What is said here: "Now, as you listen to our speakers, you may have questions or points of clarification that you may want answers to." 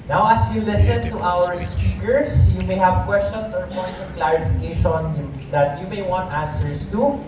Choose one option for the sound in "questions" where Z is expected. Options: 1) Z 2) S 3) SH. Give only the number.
2